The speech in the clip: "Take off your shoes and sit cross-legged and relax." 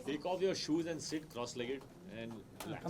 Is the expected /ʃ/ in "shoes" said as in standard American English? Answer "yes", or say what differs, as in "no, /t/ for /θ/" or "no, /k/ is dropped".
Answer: yes